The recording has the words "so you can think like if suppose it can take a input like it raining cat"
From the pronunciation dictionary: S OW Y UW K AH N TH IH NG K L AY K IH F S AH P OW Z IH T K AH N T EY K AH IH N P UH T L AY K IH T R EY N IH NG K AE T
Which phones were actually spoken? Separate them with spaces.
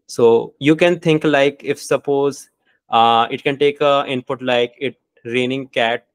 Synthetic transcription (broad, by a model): S OW Y UW K AH N T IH NG K L AY K IH F S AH P OW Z IH T K AH N T EY K AH IH N P UH T L AY K IH T R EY N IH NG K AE T